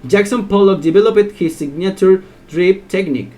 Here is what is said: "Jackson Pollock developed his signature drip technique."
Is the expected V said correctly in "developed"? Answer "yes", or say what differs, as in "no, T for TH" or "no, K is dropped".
no, B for V